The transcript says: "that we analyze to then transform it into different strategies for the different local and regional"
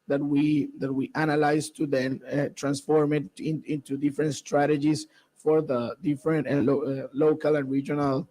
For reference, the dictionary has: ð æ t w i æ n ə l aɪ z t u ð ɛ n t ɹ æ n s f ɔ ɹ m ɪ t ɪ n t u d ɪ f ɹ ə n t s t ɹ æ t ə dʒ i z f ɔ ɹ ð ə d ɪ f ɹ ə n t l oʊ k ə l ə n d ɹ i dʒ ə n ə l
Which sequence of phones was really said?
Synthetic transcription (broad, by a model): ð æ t w i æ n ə l aɪ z t u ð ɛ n t ɹ æ n s f ɔ ɹ m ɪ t ɪ n t u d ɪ f ɹ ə n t s t ɹ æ t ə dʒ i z f ɔ ɹ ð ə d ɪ f ɹ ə n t l oʊ k ə l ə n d ɹ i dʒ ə n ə l